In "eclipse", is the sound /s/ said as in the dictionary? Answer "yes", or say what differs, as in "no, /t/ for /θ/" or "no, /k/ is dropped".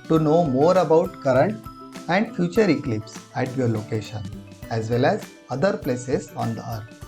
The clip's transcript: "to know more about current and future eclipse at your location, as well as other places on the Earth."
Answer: yes